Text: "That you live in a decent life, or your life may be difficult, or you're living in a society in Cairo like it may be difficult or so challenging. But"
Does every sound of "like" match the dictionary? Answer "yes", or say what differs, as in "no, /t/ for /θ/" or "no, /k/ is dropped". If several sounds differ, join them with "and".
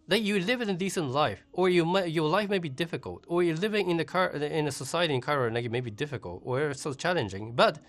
no, /n/ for /l/